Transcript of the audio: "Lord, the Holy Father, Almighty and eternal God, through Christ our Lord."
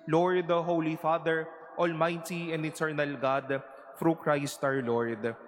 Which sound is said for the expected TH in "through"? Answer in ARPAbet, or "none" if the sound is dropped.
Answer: F